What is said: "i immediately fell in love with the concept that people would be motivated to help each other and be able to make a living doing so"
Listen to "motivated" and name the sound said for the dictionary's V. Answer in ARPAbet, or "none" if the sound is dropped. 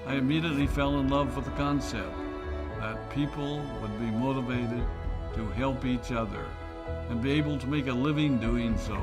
V